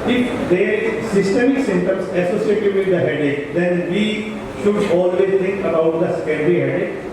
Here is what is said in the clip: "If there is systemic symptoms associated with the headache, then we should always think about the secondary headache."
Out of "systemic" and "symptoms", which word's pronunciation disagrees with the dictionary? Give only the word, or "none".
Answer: symptoms